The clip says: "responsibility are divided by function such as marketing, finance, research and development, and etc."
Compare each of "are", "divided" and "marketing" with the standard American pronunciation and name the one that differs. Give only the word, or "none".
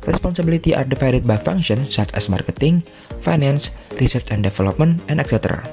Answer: divided